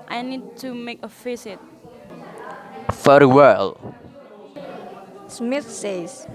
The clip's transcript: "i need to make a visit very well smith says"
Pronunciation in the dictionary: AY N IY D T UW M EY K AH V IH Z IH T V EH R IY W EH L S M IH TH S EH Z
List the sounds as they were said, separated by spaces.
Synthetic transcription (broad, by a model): AY N IY D T UW M EY K AH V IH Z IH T F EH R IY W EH L S M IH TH S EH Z